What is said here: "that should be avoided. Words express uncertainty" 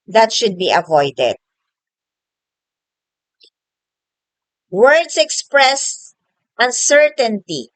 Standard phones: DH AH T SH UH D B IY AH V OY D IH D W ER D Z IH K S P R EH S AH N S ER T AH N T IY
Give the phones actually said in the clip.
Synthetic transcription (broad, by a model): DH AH T SH UH D B IY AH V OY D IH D W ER D S IH K S P R EH S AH N S ER T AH N T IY